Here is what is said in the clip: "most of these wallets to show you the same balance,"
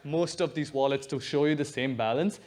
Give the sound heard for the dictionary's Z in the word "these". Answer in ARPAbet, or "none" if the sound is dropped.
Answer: Z